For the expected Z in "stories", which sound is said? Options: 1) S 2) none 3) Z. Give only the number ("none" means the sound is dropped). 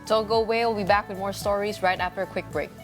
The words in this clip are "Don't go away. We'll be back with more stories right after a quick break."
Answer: 3